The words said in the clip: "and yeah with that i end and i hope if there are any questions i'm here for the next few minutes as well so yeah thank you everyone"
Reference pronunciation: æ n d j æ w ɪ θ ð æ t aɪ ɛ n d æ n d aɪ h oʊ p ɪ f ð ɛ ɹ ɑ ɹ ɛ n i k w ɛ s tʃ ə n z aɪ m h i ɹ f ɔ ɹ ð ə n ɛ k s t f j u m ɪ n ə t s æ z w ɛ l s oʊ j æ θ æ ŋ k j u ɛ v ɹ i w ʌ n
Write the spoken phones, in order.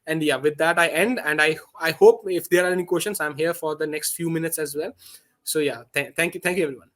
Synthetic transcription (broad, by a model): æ n d j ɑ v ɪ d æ t aɪ ɛ n d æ n d aɪ h oʊ p ɪ f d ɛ ɹ ɑ ɹ ɛ n i k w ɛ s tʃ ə n s aɪ m h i ɹ f ɔ ɹ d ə n ɛ k s t f j u m ɪ n ə t s æ z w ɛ l s oʊ j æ t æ ŋ k j u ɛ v ɹ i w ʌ n